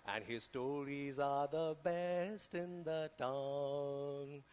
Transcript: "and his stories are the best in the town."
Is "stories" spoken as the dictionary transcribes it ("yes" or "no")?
yes